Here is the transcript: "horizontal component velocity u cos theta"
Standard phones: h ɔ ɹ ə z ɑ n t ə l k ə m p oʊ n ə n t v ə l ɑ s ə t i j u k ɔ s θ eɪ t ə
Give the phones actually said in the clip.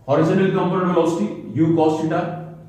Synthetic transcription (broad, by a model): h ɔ ɹ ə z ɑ n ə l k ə m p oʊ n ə t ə ɑ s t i j u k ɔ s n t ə